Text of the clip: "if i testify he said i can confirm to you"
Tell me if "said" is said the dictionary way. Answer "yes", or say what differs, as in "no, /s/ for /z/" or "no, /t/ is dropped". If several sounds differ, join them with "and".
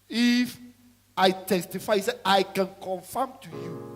no, /d/ is dropped